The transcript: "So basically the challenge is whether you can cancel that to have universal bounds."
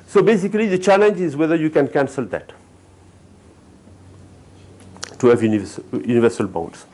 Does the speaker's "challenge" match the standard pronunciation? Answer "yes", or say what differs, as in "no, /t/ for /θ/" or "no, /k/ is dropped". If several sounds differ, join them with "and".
yes